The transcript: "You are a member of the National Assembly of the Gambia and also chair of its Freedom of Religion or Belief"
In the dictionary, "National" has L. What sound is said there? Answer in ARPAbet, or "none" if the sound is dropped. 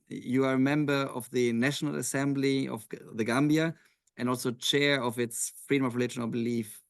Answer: L